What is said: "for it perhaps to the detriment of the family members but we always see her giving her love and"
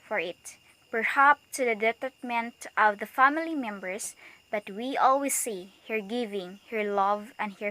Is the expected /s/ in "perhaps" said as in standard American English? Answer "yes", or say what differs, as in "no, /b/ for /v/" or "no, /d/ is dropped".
no, /s/ is dropped